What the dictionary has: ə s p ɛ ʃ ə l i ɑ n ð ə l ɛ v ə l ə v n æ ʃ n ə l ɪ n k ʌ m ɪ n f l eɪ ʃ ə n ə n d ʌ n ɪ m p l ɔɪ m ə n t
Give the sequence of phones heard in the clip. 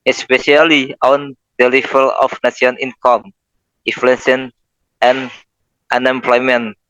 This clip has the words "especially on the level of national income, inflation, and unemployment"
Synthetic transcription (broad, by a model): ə s p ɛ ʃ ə l i ɑ n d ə l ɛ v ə l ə f n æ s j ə n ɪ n k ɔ m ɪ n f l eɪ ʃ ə n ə n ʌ n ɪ m p l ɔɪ m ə n